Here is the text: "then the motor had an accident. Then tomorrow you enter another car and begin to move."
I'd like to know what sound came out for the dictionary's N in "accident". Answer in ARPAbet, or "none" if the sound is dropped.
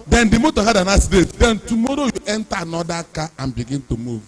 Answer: none